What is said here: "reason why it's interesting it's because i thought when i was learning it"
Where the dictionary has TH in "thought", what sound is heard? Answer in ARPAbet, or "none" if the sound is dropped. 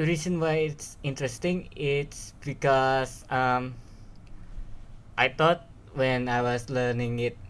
T